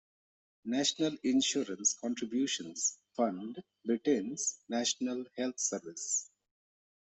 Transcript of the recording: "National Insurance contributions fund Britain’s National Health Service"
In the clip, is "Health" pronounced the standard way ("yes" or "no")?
no